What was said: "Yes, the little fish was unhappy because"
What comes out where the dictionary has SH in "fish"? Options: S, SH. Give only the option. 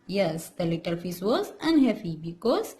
S